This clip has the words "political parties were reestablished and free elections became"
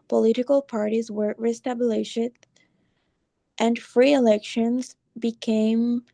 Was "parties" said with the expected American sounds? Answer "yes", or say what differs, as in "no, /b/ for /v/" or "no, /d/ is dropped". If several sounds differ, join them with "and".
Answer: yes